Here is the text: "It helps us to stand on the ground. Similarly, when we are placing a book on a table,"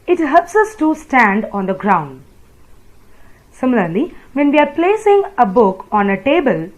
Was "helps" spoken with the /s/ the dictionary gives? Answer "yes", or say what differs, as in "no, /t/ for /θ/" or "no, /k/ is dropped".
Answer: yes